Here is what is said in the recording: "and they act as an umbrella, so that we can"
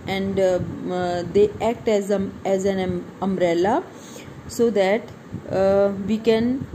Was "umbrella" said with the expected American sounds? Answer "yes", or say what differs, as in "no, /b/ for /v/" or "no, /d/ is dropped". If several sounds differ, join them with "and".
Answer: no, /b/ is dropped